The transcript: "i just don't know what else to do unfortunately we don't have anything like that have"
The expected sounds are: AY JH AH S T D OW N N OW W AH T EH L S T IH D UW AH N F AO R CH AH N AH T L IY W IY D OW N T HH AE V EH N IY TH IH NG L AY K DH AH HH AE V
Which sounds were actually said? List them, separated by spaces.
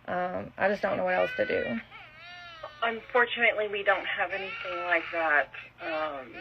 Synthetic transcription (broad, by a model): AY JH AH S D OW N N OW W AH T EH L S T IH D UW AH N F AO R CH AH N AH T L IY W IY D OW N T HH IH V EH N IY TH IH NG L AY K DH AH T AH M